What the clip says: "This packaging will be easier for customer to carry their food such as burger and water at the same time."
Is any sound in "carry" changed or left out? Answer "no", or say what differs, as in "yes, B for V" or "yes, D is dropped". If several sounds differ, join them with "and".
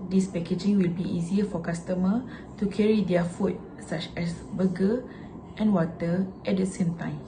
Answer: no